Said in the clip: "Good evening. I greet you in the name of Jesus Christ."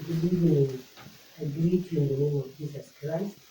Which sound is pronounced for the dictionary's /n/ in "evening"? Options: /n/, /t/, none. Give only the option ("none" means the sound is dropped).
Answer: none